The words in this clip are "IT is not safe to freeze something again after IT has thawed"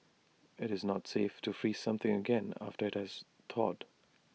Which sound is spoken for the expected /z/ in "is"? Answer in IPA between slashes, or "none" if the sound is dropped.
/z/